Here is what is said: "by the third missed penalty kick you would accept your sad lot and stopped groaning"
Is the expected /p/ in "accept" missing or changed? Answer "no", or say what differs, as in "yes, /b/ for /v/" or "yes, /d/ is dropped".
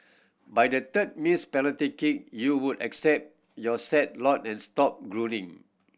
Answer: no